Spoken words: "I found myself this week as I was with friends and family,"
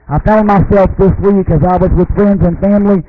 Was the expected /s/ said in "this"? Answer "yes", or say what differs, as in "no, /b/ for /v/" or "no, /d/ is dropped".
yes